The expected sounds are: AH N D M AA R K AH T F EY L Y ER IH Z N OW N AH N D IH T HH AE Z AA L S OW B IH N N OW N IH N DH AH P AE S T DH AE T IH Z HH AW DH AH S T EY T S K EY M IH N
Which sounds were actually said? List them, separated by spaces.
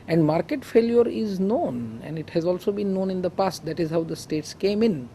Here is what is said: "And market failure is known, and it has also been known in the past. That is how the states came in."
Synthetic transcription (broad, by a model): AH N D M AA R K AH T F EY L Y ER IH Z N OW N AH N D IH T HH AE Z AA L S OW B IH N N OW N IH N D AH P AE S T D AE T IH Z HH AW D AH S T EY T S K EY M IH N